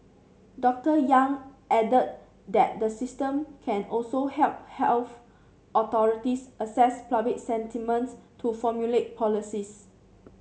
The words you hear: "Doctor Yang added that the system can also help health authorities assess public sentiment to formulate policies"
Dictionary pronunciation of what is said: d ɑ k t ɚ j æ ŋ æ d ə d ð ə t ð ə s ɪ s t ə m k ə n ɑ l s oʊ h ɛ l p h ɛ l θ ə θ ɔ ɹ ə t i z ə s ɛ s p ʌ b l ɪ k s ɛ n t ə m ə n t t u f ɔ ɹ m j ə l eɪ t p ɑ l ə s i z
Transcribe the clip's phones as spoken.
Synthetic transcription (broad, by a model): d ɑ k t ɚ j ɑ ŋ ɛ d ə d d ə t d ə s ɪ s t ə m k ə n ɑ l s oʊ h ɛ l p h ɛ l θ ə t ɔ ɹ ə t i s ə s ɛ s p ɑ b ɪ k s ɛ n t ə m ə n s t u f ɔ m j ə l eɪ t p ɑ l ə s i s